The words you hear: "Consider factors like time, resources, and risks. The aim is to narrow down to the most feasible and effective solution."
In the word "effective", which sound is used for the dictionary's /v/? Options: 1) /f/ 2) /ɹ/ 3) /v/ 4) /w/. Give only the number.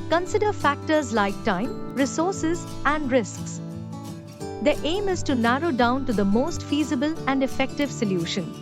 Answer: 3